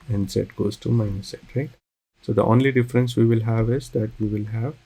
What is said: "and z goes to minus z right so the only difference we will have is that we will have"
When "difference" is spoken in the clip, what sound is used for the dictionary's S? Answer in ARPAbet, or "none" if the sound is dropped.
S